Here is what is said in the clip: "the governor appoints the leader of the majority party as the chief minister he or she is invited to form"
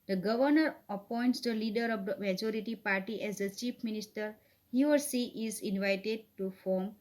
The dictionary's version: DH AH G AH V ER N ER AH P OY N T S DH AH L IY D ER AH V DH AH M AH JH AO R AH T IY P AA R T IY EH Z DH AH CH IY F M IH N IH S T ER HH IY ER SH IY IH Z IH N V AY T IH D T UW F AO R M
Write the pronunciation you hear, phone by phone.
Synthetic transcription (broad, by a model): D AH G AH V ER N ER AH P OY N T S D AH L IY D ER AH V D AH M AH JH AO R AH T IY P AA R T IY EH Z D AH CH IY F M IH N IH S T ER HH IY ER S IY IH Z IH N V AY T IH D T UW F AO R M